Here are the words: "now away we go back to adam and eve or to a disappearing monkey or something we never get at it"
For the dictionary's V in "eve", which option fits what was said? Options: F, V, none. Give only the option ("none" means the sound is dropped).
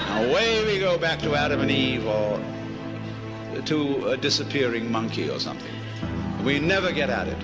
V